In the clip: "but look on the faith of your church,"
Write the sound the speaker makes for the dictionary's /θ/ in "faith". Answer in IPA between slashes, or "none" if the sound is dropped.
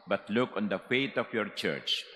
/t/